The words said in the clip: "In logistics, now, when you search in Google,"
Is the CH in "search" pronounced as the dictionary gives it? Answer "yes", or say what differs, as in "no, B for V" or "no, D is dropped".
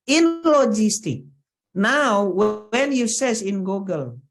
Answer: no, S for CH